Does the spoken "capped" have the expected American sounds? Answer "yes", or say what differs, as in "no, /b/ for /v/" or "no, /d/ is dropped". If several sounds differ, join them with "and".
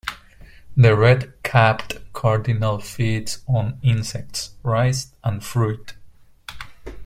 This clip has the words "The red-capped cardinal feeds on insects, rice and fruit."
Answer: yes